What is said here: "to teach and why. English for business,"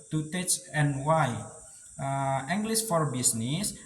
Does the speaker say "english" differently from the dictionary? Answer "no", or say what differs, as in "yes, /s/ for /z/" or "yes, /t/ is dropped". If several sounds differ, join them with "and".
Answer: yes, /s/ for /ʃ/